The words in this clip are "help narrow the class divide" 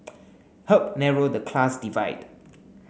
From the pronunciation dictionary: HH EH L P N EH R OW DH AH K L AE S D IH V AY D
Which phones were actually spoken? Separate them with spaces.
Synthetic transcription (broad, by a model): HH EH P N EH R OW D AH K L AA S D IH V AY D